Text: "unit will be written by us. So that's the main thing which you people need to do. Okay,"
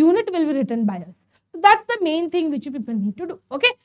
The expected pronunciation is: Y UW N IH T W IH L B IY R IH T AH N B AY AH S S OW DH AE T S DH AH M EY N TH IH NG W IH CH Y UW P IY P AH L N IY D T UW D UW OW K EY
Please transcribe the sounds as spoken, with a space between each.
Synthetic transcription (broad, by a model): UW N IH T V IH L B IY R IH T AH N B AY AH S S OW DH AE T S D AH M EY N T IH NG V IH CH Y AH P IY P AH L N IY D T UW D UW OW K EY